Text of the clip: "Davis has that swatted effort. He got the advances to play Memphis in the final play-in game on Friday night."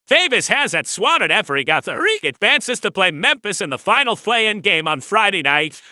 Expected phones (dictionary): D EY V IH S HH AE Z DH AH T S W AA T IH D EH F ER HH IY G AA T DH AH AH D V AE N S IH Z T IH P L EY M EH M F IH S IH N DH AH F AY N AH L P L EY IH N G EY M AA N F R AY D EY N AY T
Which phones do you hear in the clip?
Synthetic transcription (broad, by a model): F EY V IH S HH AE Z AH T S W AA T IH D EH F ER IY G AA T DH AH AH D V AE N S IH Z T IH P L EY M EH M P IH S IH N DH AH F AY N L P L EY IH N G EY M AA N F R AY D EY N AY T